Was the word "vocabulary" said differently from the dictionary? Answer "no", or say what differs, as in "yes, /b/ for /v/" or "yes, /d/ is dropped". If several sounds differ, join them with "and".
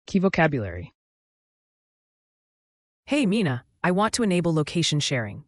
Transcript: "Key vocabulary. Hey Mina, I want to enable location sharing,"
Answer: no